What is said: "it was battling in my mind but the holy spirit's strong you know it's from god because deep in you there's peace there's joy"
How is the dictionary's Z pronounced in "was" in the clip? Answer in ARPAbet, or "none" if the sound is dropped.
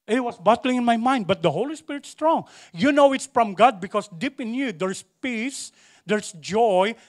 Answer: S